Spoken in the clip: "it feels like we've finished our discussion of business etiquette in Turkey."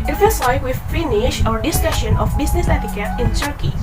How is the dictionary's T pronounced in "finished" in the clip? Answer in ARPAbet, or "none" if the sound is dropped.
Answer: none